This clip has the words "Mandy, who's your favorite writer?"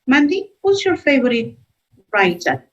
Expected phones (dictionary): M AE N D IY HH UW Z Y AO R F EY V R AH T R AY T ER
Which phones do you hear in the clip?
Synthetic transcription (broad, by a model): M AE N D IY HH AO S Y AO R F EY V R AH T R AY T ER